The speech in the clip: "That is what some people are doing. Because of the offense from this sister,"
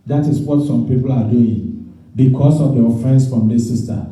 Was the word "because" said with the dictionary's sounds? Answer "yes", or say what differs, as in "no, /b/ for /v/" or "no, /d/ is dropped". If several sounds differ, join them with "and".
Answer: no, /s/ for /z/